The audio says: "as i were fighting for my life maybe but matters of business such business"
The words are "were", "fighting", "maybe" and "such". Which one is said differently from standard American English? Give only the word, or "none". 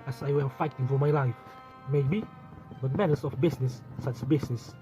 such